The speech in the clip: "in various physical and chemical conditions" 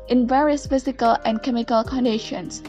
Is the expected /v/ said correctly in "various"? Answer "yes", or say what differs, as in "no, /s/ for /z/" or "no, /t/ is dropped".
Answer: yes